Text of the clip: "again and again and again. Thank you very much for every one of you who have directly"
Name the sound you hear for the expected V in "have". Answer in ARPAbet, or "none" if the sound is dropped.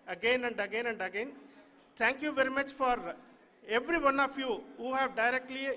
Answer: V